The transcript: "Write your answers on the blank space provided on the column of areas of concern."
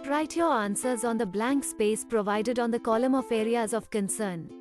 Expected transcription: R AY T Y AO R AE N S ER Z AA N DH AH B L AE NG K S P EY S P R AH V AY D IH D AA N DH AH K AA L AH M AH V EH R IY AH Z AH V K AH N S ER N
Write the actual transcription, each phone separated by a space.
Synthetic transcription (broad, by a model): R AY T Y AO R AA N S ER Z AA N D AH B L AE NG K S P EY S P R AH V AY D IH D AA N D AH K AA L AH M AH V EH R IY AH Z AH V K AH N S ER N